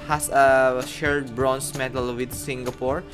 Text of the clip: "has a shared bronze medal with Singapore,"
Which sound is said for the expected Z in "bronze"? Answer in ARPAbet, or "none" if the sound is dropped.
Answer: S